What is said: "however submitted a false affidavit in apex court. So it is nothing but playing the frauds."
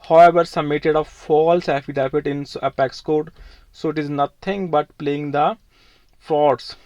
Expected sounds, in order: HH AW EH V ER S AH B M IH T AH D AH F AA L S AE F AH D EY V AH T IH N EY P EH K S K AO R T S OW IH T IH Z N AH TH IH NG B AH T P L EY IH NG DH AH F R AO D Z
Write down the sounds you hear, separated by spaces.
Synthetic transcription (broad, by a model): HH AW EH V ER S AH M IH T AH D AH F AA L S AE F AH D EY F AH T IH N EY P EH K S K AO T S OW IH T IH Z N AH T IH NG B AH T P L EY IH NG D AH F R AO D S